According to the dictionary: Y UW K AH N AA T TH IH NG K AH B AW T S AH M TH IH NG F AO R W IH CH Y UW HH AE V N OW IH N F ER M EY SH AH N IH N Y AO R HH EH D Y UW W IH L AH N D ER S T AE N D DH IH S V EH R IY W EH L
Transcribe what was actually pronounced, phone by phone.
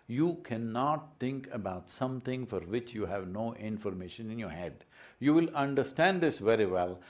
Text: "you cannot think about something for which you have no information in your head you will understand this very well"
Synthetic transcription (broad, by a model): Y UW K AH N AA T T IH NG K AH B AW T S AH M T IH NG F AO R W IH CH Y UW HH AE V N OW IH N F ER M EY SH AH N IH N Y AO R HH EH D Y UW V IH L AH N D ER S T AE N D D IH S V EH R IY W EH L